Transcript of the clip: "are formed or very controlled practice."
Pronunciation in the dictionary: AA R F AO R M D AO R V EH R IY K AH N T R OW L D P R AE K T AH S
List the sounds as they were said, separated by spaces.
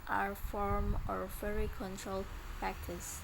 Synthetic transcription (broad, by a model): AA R F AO R M AO R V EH R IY K AH N T R OW L D P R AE K T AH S